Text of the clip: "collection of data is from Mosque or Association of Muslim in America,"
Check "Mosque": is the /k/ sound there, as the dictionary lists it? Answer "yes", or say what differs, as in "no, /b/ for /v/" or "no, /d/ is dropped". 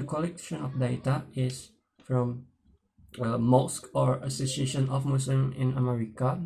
yes